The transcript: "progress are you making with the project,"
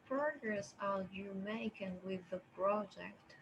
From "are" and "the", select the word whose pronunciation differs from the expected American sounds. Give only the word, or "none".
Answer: are